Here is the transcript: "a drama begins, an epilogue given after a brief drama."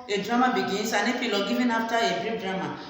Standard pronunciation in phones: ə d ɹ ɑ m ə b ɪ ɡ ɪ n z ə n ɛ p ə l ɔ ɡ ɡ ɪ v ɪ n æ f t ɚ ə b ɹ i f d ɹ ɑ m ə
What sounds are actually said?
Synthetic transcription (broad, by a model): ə d ɹ ɑ m ə b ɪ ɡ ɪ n s ə n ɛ f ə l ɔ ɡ ɡ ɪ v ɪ n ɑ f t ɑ ə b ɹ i p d ɹ ɑ m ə